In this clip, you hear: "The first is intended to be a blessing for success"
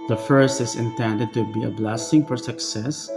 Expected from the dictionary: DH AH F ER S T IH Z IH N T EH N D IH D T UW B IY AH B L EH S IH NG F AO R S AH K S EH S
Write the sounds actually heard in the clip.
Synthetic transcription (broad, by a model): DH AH F ER S T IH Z IH N T EH N D IH D T UW B IY AH B L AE S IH NG F AO R S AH K S EH S